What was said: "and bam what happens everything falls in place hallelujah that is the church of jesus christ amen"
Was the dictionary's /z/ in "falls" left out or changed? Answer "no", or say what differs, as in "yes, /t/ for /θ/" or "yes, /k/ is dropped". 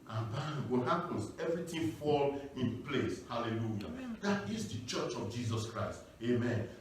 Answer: yes, /z/ is dropped